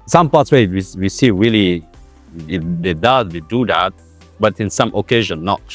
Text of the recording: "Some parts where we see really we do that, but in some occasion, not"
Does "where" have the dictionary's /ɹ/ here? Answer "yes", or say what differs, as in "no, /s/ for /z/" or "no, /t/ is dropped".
no, /w/ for /ɹ/